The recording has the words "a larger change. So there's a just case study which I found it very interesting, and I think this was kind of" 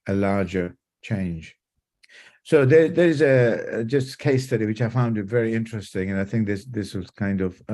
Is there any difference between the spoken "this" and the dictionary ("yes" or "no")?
no